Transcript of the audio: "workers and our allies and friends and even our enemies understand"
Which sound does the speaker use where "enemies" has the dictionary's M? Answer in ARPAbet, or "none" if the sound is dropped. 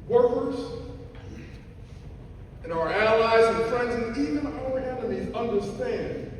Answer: none